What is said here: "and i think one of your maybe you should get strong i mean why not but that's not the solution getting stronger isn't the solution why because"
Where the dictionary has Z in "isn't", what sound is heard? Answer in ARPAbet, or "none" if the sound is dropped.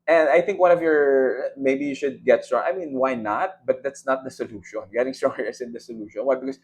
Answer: S